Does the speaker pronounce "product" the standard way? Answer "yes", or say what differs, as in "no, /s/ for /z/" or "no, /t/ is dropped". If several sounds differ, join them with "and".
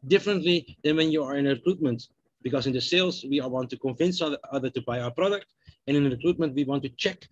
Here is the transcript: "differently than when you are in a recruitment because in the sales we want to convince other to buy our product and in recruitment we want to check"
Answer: yes